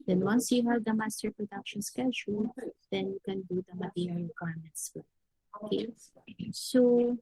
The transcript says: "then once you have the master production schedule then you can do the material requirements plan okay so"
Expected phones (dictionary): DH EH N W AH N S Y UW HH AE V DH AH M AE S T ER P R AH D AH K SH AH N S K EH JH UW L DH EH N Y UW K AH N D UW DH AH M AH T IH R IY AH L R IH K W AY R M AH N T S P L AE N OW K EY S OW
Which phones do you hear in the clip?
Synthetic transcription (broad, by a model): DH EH N W AH N S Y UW HH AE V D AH M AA S T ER P R AH D AH K SH AH N S K EH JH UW L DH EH N Y UW K AH N D UW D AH M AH T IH R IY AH L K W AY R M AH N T S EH OW K EY S OW